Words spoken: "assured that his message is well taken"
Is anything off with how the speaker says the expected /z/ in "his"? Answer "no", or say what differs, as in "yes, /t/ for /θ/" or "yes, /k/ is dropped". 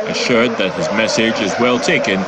no